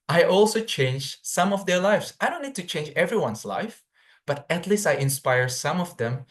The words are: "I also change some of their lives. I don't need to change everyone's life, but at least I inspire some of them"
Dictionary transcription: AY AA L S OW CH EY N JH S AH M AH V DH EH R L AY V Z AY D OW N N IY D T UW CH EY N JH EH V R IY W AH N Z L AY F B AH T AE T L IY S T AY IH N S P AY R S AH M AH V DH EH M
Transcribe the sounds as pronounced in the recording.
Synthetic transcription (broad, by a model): AY AA L S OW CH EY N JH S AH M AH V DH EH R L AY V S AY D OW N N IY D T UW CH EY N JH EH V R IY W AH N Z L AY F B AH T AE T L IY S T AY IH N S P AY R S AH M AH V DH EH M